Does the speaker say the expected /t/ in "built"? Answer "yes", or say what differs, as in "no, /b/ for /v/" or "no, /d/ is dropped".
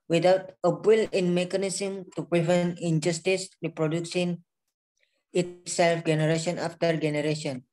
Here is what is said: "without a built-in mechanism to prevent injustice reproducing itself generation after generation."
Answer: no, /t/ is dropped